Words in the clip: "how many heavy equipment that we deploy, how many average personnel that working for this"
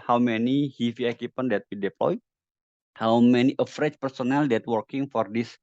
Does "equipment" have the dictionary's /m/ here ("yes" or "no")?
no